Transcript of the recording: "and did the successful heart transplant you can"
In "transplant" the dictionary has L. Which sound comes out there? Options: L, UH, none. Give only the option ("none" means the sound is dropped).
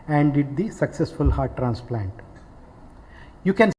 L